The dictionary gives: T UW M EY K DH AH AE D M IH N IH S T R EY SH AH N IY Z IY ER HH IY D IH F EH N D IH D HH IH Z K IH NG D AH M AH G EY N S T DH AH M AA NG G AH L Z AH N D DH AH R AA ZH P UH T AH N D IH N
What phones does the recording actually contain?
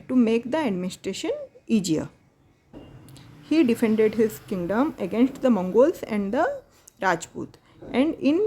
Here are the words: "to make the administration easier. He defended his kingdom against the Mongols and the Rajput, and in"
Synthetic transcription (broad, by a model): T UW M EY K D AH AE D M IH N IH S T R EY SH AH N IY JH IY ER HH IY D IH F EH N D IH D HH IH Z K IH NG D AH M AH G EY N S T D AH M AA NG G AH L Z AH N D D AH R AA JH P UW T AH N D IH N